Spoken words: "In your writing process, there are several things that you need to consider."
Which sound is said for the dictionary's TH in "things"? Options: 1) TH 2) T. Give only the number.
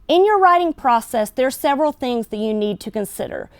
1